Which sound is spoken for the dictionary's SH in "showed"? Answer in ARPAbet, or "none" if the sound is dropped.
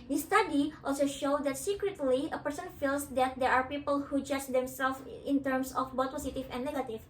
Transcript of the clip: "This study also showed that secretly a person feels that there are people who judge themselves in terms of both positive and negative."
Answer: SH